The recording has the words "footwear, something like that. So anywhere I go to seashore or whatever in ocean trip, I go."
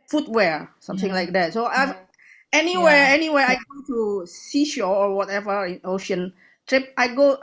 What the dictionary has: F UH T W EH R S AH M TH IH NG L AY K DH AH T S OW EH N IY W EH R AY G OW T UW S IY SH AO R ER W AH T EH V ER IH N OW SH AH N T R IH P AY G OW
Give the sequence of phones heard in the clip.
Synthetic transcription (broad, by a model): F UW T W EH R S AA M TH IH NG L AY K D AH T S OW EH N IY W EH W AY G OW T UW S IY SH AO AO W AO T EH V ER IH N OW SH AH N T R IH P AY G OW